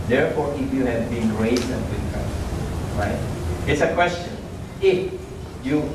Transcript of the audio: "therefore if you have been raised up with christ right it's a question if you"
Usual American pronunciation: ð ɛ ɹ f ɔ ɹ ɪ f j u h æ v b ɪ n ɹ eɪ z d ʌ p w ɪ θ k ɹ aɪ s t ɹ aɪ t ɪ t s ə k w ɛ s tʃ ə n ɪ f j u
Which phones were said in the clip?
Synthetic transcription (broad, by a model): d ɛ ɹ f ɔ ɹ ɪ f j u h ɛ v b ɪ n ɹ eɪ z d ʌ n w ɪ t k aɪ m ɹ aɪ t ɪ t s ə k w ɛ s tʃ ə n ɪ f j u